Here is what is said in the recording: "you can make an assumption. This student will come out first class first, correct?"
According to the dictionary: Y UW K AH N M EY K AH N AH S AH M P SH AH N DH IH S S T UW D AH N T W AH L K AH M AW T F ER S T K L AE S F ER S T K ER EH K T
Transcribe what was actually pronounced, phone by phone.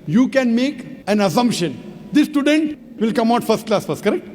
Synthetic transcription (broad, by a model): Y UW K AH N M EY K AH N AH S AH M P SH AH N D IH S S T UW D AH N T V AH L K AH M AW T F ER S T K L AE S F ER S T K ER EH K T